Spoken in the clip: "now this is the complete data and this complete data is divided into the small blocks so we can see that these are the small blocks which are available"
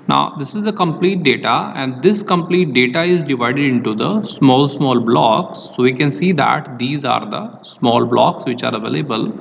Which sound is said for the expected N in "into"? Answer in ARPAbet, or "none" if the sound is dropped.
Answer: N